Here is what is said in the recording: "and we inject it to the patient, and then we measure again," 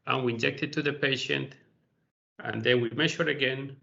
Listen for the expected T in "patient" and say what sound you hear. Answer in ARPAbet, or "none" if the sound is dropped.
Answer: T